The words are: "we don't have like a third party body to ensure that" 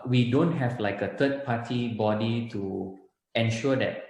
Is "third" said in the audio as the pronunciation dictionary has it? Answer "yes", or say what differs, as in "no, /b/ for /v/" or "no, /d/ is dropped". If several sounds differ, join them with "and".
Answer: no, /t/ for /θ/